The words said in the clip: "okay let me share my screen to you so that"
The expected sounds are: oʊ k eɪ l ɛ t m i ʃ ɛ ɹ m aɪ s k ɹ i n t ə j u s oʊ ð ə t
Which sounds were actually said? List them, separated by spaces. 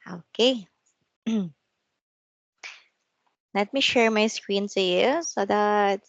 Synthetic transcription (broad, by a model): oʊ k eɪ l ɛ t m i ʃ ɛ ɹ m aɪ s k ɹ i n s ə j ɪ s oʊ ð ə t